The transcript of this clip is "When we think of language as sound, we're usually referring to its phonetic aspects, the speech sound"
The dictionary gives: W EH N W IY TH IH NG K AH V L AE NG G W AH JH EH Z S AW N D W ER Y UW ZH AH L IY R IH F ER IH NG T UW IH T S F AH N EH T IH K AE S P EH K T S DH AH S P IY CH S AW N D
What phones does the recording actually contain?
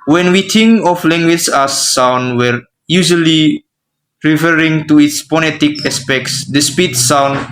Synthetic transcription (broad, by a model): W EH N W IY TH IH NG K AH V L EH NG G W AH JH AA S AW N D W ER Y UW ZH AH L IY R IH F ER IH NG T UW IH T S P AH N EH T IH K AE S P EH K T S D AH S P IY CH S AW N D